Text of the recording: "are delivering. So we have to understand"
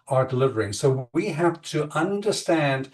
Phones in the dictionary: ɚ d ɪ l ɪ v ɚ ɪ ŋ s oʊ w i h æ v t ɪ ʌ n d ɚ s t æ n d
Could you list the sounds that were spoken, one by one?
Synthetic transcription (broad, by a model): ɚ d ɪ l ɪ v ɚ ɪ ŋ s oʊ w i h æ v t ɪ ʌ n d ɚ s t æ n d